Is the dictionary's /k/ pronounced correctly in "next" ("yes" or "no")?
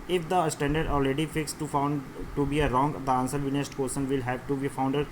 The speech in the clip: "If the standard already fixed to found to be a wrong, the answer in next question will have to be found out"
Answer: no